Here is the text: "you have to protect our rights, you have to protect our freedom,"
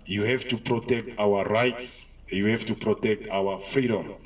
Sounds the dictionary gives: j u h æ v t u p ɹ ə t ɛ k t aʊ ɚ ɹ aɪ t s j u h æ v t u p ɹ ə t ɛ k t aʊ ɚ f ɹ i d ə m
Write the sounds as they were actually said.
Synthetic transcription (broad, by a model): j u h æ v t u p ɹ ə t ɛ k t aʊ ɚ ɹ aɪ t s j u h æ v t u p ɹ ə t ɛ k t aʊ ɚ f ɹ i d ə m